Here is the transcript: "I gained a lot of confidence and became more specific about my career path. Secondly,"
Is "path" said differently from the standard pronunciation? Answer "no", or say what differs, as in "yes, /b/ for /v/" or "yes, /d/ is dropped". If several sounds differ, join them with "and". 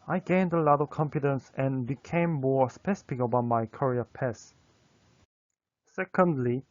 yes, /s/ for /θ/